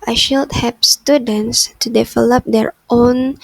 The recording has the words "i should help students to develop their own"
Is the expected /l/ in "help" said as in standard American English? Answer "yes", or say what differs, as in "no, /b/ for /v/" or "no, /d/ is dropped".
no, /l/ is dropped